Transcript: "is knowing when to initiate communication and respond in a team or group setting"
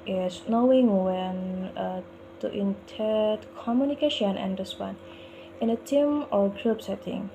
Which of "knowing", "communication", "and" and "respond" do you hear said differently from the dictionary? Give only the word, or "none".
respond